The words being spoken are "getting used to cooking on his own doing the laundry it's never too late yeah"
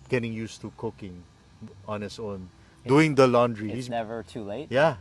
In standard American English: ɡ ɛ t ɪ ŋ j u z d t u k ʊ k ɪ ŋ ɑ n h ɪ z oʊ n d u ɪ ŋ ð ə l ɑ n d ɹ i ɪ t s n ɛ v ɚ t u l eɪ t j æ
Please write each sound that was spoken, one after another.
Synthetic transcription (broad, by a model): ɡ ɛ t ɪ ŋ j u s t u k ʊ k ɪ ŋ ɑ n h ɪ s oʊ n d u ɪ ŋ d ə l ɑ n d ɹ i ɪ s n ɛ v ɚ t u l eɪ t j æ